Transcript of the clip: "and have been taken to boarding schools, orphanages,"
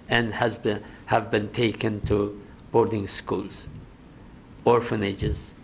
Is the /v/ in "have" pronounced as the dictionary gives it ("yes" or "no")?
yes